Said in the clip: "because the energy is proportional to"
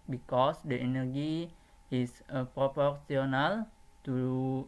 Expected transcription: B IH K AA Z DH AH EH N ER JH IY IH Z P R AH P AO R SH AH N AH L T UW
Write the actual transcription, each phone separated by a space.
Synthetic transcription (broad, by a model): B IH K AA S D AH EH N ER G IY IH S P R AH P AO R S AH N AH L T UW